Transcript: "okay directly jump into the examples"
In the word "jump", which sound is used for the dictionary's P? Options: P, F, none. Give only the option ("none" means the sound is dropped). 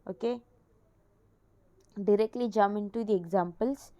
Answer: none